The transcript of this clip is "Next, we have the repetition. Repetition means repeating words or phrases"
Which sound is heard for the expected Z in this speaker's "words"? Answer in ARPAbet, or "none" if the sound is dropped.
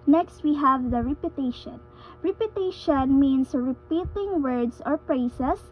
S